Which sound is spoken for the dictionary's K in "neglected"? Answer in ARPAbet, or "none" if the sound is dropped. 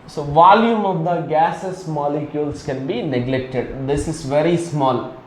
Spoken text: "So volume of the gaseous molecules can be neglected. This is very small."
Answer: K